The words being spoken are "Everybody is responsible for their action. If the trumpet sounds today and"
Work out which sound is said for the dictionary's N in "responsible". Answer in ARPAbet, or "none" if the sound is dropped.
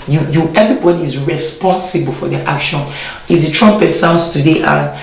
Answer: N